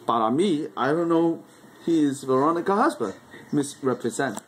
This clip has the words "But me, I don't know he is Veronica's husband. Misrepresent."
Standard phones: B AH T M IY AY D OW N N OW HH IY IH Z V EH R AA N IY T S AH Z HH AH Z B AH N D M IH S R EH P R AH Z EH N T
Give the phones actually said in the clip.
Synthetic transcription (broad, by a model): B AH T M IY AY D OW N N OW HH IY IH Z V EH R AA N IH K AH HH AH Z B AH D M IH S R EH P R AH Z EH N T